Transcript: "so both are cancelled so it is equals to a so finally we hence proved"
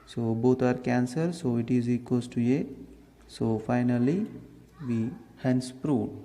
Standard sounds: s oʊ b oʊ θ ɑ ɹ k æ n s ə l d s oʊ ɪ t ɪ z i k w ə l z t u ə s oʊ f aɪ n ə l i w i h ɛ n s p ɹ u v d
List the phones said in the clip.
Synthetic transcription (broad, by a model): s oʊ b oʊ t ɑ ɹ k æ n s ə d s oʊ ɪ t ɪ z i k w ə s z t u ə s oʊ f aɪ n ə l i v i h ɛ n s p ɹ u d